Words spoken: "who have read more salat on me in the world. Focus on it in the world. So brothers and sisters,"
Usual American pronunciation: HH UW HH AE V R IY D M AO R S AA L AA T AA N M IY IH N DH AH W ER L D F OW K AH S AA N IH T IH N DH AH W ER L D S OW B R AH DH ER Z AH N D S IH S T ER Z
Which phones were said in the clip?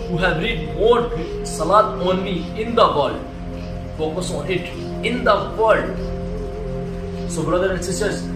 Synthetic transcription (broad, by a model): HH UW HH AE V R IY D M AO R S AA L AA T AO N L IY IH N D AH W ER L D F OW K AH S AA N IH T IH N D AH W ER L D S OW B R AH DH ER AH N S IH S T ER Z